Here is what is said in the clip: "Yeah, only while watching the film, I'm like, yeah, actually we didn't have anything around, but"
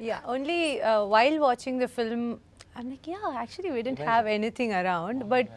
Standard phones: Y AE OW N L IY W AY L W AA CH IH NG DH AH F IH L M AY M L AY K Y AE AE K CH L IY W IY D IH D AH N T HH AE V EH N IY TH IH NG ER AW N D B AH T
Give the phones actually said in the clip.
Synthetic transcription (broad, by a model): Y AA OW N L IY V AY L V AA CH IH NG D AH F IH L M AY M L AY K Y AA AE K CH IY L IY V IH D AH N T HH AE V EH N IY T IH NG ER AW N D B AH T